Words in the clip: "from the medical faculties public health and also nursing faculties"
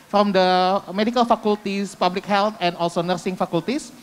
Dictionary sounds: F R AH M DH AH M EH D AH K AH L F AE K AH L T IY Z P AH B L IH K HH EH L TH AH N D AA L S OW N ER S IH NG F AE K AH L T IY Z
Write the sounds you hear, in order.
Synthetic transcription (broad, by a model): F R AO M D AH M EH D AH K AH L F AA K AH L T IY S P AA B L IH K HH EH L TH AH N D AA L S OW N ER S IH NG F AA K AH L T IY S